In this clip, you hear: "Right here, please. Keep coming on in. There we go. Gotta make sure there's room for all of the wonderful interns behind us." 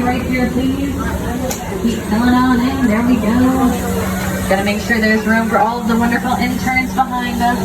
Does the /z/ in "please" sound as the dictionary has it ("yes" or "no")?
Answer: no